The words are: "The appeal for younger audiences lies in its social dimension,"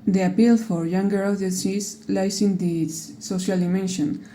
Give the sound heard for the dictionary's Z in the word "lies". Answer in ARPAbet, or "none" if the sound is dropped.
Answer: S